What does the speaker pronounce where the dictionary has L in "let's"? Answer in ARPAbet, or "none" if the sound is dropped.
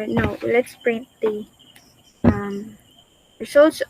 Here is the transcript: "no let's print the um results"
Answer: L